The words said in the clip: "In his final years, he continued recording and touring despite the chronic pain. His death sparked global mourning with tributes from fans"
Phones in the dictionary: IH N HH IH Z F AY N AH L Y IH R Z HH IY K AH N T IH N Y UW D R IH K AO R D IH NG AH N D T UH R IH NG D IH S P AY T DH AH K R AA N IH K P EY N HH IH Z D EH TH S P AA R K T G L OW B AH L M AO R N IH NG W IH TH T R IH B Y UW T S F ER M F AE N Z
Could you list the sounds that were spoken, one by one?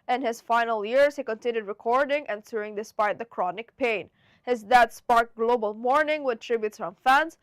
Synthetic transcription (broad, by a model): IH N HH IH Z F AY N AH L Y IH R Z HH IY K AH N T IH N Y UW D R IH K AO R D IH NG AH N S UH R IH NG D IH S P AY T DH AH K R AA N IH K P EY N HH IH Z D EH T S P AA R K G L OW B AH L M AO R N IH NG W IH T R IH B Y UW T S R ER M F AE N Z